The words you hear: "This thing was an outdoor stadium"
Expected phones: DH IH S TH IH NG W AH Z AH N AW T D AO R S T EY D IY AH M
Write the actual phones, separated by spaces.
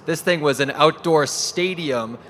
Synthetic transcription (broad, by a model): DH IH S TH IH NG W AH Z AH N AW T D AO R S T EY D IY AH M